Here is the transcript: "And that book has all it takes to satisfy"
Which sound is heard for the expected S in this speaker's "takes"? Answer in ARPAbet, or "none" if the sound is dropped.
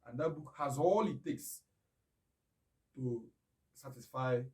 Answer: S